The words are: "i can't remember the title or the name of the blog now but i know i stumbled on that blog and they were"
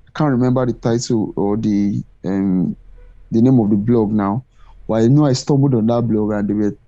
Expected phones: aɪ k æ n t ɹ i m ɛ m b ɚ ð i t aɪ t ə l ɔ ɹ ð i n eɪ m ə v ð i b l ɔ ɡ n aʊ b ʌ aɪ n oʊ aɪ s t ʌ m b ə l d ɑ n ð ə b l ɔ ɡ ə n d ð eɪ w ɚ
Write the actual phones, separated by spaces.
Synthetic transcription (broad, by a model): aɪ k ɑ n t ɹ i m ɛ m b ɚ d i t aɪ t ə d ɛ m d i n eɪ m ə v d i b l ɔ ɡ n aʊ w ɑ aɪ n oʊ aɪ s t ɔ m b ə d ɑ n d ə b l ɔ ɡ ə n d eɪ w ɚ